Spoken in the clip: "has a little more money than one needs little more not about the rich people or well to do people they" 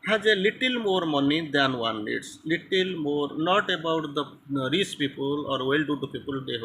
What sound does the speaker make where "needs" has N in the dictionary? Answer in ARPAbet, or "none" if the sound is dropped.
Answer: L